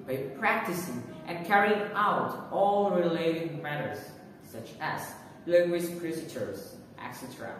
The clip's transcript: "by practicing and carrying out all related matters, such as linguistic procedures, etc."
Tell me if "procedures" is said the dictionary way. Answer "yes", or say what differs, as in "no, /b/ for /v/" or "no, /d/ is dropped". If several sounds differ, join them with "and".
no, /tʃ/ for /dʒ/